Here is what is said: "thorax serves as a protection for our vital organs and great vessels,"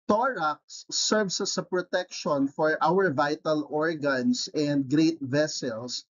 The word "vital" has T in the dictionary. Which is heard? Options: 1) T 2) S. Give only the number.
1